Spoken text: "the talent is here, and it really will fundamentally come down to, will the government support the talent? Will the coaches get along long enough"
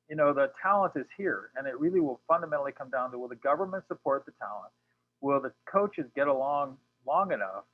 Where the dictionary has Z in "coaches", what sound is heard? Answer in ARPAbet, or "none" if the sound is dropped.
Z